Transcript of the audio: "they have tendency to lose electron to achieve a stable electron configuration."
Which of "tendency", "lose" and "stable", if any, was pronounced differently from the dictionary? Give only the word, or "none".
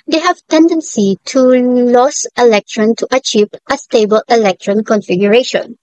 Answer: lose